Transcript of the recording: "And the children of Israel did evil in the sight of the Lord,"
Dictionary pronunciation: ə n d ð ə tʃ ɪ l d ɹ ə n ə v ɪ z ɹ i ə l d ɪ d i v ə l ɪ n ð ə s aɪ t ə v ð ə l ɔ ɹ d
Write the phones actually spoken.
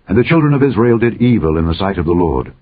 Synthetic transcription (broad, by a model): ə n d ð ə tʃ ɪ l d ɹ ə n ə v ɪ z ɹ i ə l d ɪ d i v ə l ɪ n ð ə s aɪ t ə v ð ə l ɔ ɹ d